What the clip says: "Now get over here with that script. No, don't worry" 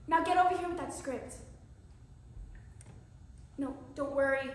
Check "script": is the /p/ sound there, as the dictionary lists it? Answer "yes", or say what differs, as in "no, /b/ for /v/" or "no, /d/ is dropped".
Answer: yes